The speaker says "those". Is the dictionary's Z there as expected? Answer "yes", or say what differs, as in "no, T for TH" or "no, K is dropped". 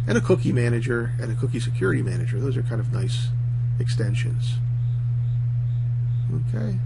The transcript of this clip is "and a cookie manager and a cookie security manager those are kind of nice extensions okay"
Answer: yes